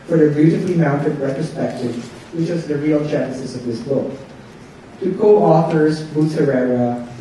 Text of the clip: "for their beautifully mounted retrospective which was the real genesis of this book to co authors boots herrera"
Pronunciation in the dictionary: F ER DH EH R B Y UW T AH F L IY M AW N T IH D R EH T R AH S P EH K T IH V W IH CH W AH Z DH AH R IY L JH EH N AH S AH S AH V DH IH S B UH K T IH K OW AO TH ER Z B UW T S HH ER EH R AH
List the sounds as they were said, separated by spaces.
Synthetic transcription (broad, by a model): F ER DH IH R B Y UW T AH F L IY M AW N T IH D R EH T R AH S P EH K T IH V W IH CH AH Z DH AH R IY L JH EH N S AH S AH V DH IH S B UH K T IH K OW AO TH ER Z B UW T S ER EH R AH